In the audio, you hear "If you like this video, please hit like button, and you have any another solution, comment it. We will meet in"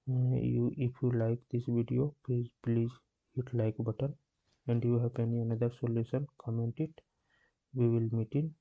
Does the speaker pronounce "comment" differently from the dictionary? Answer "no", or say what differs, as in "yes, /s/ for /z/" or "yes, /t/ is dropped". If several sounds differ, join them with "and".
no